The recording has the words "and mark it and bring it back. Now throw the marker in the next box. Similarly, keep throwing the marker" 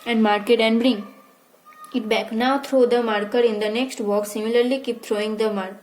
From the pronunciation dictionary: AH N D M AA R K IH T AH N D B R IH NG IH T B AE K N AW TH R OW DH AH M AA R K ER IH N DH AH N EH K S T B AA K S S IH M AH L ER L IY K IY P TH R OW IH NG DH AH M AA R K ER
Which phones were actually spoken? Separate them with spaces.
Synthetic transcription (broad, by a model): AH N D M AA R K IH T AH N D B R IH NG IH T B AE K N AW T R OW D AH M AA R K ER IH N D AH N EH K S T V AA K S S IH M AH L ER L IY K IY P T R OW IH NG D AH M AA R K